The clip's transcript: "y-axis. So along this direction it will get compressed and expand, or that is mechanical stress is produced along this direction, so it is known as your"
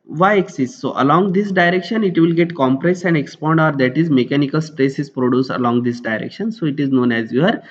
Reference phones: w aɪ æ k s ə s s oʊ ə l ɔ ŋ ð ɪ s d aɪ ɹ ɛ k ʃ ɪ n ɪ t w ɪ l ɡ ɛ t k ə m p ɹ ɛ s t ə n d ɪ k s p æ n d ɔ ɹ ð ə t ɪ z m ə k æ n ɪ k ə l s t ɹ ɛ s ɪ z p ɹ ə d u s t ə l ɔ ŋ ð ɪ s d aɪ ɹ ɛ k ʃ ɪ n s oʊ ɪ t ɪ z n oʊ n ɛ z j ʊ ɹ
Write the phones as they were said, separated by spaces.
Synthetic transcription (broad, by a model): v aɪ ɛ k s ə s s oʊ ə l ɔ ŋ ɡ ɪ s d aɪ ɹ ɛ k ʃ ɪ n ɪ t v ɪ l ɡ ɛ t k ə m p ɹ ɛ s ə n d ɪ k s p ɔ n d ɔ ɹ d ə t ɪ z m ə k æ n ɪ k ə l s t ɹ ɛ s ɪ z p ɹ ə d u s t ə l ɔ ŋ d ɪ s d aɪ ɹ ɛ k ʃ ɪ n s oʊ ɪ t ɪ z n oʊ n ɛ z j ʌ ɹ